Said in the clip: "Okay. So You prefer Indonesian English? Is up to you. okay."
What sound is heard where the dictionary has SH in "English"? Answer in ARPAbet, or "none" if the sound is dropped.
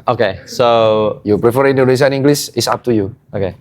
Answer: S